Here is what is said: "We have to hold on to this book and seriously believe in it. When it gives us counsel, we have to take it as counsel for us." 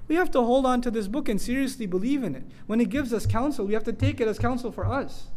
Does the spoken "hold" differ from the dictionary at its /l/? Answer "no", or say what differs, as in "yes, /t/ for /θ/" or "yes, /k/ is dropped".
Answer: no